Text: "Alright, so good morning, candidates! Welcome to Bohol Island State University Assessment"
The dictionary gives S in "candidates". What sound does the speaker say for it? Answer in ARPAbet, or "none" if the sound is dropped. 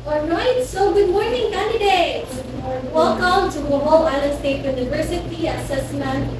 none